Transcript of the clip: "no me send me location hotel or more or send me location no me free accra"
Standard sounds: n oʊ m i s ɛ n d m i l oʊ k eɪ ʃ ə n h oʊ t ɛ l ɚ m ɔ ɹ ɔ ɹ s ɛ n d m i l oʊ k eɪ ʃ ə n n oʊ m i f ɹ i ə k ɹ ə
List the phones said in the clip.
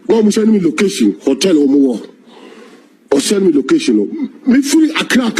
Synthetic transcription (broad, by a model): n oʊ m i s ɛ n m i l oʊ k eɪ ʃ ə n h oʊ t ɛ l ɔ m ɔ w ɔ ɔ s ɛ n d m i l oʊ k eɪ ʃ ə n n oʊ m i f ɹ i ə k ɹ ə